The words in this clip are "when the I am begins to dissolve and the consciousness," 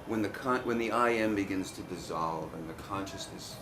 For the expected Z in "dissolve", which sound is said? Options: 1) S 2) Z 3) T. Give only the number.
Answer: 2